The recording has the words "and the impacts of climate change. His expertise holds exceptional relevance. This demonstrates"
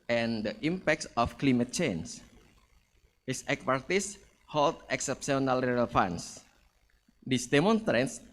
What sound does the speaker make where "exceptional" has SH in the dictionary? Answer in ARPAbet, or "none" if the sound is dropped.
S